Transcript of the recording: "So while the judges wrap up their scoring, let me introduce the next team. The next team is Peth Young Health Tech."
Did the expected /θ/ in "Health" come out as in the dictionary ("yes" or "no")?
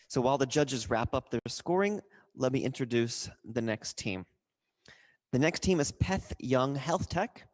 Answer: yes